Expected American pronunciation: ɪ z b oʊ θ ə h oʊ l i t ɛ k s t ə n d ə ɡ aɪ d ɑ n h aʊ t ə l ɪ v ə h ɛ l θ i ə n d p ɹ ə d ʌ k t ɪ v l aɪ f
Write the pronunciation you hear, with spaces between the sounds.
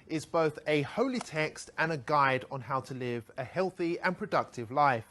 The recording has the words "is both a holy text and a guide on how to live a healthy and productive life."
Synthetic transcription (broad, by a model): ɪ z b oʊ θ ə h oʊ l i t ɛ k s t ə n ə ɡ aɪ d n h aʊ t ə l ɪ v ə h ɛ l θ i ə n p ɹ ə d ʌ k t ɪ v l aɪ f